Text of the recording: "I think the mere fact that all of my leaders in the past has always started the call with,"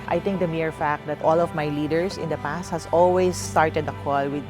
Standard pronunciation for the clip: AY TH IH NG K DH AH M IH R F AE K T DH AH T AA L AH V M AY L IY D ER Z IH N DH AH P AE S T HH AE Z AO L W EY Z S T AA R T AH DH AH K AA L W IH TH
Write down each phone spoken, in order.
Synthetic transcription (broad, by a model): AY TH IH NG K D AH M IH R F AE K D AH T AA L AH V M AY L IY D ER S IH N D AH P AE S T HH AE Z AO L W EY S T AA R T AH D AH K AA L W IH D